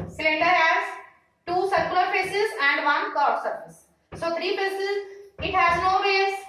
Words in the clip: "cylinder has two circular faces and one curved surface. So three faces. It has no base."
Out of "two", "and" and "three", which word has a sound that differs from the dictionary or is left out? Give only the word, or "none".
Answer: three